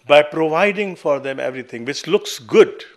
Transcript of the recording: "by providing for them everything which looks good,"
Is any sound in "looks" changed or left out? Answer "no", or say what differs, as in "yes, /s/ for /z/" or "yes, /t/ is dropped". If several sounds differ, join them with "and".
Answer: no